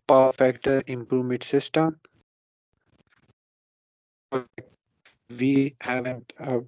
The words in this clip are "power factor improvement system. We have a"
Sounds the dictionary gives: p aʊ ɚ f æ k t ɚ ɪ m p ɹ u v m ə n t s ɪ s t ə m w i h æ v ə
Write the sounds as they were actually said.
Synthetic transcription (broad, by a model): p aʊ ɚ f æ k t ɚ ɪ m p ɹ u v m ə n t s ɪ s t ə m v i h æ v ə